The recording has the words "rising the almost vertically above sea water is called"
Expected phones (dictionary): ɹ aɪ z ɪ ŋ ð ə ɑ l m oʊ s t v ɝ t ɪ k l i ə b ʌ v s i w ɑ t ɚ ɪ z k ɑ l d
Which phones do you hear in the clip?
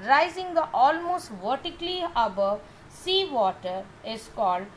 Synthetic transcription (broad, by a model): ɹ aɪ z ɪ ŋ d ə ɑ l m oʊ s t v ɝ t ɪ k l i ə b ʌ v s i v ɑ t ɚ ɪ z k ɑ l d